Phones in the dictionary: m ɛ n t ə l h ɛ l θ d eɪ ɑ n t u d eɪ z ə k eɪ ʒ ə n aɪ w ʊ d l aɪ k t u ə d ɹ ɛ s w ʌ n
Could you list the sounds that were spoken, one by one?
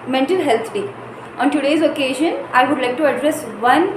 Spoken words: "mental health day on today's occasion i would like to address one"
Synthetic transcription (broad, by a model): m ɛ n t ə l h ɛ l t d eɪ ɑ n t u d eɪ z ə k eɪ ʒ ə n aɪ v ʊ d l aɪ k t u ə d ɹ ɛ s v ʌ n